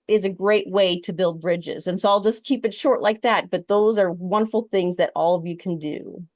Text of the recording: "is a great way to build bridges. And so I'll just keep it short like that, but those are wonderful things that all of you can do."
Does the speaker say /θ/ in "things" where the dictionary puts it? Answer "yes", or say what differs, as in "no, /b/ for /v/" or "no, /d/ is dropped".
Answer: yes